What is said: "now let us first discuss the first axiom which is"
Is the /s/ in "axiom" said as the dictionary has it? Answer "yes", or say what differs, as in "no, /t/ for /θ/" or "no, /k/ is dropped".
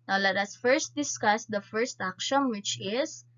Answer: no, /ʃ/ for /s/